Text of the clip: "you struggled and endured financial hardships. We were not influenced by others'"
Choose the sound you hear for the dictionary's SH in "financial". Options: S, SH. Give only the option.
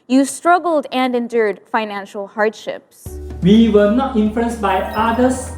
SH